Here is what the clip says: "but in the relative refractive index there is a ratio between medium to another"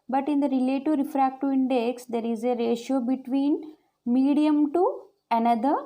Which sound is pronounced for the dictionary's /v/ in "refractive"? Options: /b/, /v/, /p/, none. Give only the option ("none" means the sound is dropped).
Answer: none